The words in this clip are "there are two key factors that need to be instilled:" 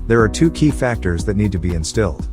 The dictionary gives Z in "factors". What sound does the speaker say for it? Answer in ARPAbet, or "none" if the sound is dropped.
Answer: Z